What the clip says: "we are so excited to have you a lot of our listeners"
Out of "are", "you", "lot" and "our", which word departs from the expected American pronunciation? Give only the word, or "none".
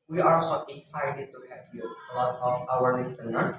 are